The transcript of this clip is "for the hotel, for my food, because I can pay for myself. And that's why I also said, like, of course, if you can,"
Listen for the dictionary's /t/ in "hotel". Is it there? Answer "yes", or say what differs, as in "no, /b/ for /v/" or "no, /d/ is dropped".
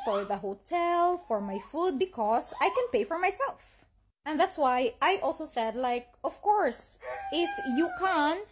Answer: yes